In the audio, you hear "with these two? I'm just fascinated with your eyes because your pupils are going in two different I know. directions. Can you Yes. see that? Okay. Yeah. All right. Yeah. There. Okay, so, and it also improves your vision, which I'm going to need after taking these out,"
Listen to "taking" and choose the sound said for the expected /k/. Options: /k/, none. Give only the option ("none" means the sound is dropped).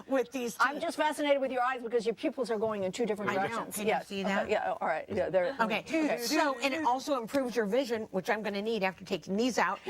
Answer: none